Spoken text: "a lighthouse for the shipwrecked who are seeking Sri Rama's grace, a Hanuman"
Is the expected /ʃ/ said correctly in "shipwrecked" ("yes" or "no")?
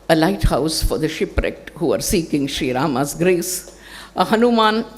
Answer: yes